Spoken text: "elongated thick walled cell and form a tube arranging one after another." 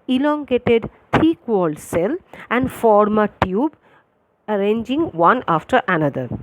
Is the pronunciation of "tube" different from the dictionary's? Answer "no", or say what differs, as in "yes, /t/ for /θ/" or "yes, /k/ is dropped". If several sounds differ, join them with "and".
no